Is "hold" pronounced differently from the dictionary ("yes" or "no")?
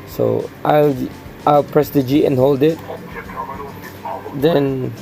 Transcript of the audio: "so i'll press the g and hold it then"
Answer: no